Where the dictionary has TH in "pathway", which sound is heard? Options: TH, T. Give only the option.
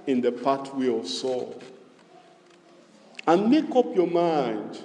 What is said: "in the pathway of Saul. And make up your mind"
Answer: T